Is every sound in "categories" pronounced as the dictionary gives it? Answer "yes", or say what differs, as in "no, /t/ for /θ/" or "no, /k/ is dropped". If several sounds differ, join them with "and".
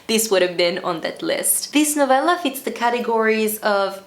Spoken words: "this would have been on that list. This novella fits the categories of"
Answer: yes